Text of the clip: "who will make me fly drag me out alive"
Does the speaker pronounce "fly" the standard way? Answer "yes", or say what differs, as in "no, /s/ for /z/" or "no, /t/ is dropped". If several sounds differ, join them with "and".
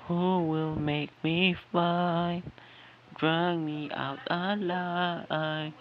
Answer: no, /l/ is dropped